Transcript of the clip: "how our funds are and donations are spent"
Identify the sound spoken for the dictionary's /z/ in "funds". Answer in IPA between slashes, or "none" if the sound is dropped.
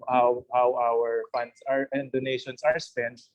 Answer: /s/